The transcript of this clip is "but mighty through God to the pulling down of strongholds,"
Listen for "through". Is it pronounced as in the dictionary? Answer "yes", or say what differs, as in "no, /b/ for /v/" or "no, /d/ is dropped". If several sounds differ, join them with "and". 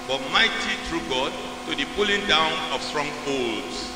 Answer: no, /t/ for /θ/